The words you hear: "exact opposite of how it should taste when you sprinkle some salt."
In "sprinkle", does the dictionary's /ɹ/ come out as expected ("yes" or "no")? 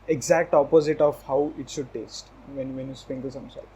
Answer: no